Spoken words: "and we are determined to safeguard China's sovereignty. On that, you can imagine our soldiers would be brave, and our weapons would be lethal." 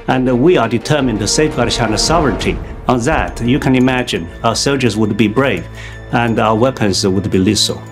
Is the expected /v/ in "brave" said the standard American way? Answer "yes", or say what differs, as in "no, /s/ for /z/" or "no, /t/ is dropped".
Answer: yes